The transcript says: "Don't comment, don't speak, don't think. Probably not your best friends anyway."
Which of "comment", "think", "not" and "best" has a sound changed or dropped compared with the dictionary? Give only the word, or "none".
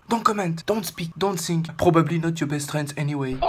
think